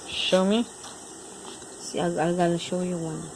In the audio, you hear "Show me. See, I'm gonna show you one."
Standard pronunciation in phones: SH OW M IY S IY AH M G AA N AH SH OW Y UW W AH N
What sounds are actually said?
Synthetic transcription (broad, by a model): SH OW M IY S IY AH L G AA L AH SH OW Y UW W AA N